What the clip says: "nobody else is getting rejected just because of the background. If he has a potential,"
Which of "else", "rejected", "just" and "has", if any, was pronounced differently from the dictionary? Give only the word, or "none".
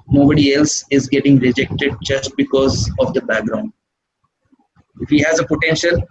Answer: none